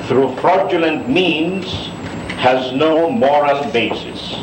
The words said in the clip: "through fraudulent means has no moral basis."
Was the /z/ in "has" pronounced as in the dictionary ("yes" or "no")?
yes